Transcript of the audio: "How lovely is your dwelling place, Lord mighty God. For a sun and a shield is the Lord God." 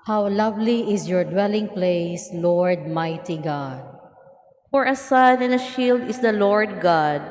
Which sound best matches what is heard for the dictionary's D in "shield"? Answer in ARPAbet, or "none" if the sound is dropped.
D